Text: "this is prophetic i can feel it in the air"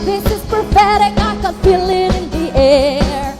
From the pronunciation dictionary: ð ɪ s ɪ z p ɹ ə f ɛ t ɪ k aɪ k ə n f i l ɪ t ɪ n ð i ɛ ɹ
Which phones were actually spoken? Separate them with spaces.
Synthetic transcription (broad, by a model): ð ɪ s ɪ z p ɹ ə p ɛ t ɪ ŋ aɪ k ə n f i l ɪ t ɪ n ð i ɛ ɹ